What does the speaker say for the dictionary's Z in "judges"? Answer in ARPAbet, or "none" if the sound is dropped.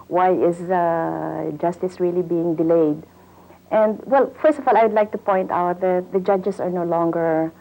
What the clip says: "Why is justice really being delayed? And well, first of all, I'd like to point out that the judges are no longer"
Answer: S